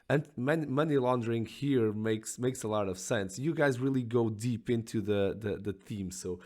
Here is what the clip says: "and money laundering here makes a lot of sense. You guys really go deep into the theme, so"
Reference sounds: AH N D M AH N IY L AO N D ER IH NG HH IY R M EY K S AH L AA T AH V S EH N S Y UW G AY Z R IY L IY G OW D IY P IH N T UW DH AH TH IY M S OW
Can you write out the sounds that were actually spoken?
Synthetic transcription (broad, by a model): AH N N M AH N IY L AO N D ER IH NG HH IY R M EY K S AH L AA T AH V S EH N S Y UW G AY Z R IY L IY G OW D IY P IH N T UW DH AH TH IY M S OW